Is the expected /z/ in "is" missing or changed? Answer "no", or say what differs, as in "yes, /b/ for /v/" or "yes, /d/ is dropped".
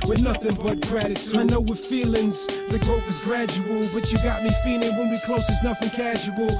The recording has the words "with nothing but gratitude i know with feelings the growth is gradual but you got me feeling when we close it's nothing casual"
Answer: no